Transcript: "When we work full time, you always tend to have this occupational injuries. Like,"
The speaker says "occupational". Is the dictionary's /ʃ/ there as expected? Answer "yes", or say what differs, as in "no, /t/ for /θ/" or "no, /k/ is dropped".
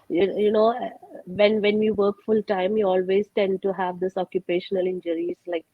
yes